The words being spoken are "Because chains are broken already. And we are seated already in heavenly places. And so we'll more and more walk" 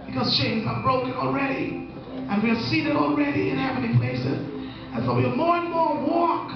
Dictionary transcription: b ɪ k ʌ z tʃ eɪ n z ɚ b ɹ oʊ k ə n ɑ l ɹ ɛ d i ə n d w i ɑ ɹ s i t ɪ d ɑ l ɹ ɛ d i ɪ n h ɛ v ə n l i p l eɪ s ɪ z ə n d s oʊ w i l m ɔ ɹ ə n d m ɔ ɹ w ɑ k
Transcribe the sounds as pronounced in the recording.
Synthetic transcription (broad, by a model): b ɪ k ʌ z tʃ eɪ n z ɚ b ɹ oʊ k ə n ɑ l ɹ ɛ d i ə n w i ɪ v s i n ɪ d ɑ l ɹ ɛ d i ɪ n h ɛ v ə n i p l eɪ s ɪ z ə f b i m ɔ ɹ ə n m ɔ ɹ w ɑ k